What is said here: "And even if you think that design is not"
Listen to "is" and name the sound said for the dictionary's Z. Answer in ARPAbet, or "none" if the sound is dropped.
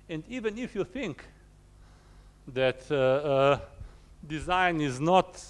Z